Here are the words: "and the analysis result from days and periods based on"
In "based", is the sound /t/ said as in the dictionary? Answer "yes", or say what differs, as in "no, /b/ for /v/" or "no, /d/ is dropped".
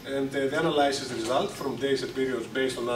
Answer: yes